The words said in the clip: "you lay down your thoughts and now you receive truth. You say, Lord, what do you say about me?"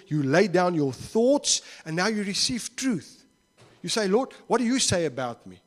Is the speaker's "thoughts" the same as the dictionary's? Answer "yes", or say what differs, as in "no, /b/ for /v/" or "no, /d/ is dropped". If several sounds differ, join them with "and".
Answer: yes